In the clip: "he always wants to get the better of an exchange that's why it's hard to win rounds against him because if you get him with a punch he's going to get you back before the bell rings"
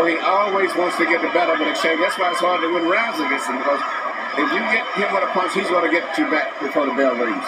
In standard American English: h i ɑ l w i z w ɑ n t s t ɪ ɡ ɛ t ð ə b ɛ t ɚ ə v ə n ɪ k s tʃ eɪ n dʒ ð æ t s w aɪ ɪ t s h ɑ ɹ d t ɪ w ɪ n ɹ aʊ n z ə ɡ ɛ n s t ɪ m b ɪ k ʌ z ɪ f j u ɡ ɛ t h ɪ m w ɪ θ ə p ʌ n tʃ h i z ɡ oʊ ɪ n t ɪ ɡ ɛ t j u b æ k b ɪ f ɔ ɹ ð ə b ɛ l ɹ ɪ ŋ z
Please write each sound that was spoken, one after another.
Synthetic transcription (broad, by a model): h i ɑ l w i z w ɑ n t s t ɪ ɡ ɛ t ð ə b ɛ t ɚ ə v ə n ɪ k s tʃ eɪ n ð æ t s w aɪ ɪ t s h ɑ ɹ d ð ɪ w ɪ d ɹ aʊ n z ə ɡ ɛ s ɪ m b ɪ k ʌ z ɪ f j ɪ ɡ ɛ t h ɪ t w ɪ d ə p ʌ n s h i z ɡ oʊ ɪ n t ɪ ɡ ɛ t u b æ k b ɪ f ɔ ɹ ð ə b ɛ l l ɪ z